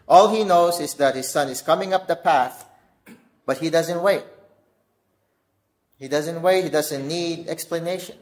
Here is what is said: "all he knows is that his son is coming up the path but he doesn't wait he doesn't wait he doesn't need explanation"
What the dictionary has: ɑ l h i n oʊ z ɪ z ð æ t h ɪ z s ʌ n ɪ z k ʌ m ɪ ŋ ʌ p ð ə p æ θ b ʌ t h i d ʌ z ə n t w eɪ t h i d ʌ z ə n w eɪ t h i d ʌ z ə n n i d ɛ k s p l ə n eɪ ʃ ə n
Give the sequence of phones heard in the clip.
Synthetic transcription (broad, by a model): ɑ l h i n oʊ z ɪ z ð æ t h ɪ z s ʌ n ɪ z k ʌ m ɪ ŋ ʌ p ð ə p æ θ b ʌ t h i d ʌ z ə n t w eɪ t h i d ʌ z ə n w eɪ t h i d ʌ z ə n n i d ɛ k s p l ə n eɪ ʃ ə n